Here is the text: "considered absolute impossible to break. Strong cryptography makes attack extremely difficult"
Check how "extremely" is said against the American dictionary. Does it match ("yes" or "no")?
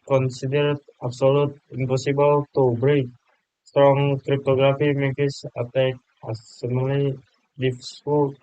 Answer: no